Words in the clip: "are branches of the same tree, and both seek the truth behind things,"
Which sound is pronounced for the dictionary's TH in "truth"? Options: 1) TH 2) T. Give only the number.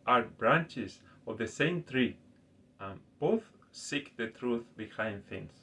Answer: 1